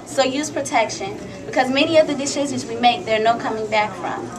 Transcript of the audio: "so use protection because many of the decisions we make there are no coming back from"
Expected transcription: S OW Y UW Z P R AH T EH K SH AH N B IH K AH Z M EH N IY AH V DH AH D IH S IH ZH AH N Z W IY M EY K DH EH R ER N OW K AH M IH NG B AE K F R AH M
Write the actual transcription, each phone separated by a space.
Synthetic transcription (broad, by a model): S OW Y UW Z P R AH T EH K SH AH N B IH K AH Z M EH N IY AH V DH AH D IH SH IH Z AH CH W IY M EY K DH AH R N OW K AH M IH NG B AE K F R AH M